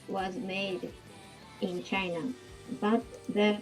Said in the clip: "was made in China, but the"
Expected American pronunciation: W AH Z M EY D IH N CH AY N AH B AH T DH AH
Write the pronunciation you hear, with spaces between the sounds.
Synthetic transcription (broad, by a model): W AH Z M EY D IH N CH AY N AH B AH T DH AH